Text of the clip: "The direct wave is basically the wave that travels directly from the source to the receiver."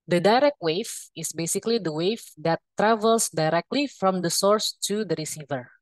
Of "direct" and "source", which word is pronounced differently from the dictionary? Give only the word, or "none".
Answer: none